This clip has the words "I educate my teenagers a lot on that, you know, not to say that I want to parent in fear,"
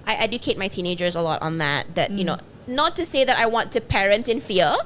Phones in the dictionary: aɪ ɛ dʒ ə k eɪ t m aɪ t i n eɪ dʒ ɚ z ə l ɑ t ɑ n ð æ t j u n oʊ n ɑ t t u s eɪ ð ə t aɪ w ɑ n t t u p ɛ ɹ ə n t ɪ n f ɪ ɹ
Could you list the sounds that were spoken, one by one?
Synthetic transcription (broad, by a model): aɪ ɛ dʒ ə k eɪ t m aɪ t i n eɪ dʒ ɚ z ə l ɑ t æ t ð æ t j u n oʊ n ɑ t t u s eɪ ð ə t aɪ w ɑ n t t u p ɛ ɹ ə n t ɪ n f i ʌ